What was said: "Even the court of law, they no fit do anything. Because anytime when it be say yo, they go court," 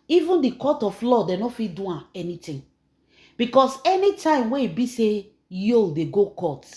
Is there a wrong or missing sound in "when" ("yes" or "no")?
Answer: yes